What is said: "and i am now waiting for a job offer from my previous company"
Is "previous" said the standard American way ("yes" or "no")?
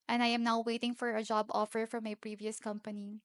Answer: yes